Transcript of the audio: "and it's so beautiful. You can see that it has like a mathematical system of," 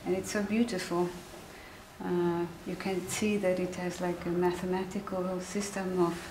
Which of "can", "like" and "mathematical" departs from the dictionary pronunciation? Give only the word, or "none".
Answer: none